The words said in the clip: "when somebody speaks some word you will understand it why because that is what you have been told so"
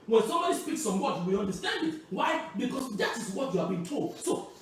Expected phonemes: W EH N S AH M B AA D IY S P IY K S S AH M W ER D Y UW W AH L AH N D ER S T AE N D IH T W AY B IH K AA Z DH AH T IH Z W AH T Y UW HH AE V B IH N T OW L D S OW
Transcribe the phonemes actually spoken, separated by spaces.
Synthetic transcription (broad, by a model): W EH N S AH M B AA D IY S P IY K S S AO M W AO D Y UW W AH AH N D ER S T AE N D IH T W AY B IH K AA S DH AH T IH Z W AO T Y UW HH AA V B IH N T OW L D S OW